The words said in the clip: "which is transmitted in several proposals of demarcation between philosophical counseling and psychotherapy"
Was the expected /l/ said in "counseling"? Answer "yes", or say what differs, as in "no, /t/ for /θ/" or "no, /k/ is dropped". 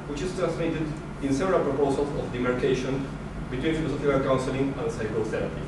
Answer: yes